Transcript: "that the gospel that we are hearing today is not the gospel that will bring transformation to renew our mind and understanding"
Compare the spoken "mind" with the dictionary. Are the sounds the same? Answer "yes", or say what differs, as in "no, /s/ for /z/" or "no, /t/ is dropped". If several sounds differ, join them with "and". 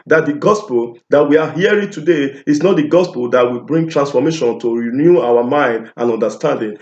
yes